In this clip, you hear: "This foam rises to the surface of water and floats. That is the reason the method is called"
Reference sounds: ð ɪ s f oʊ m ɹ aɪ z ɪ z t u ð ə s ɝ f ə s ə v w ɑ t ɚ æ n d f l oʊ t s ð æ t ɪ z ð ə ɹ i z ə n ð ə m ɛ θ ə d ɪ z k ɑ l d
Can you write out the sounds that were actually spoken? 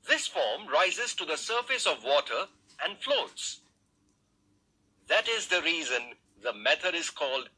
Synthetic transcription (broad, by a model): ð ɪ s f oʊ m ɹ aɪ z ɪ z t u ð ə s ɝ f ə s ə v w ɑ t ɚ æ n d f l oʊ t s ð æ t ɪ z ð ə ɹ i z ə n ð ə m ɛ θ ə d ɪ z k ɑ l d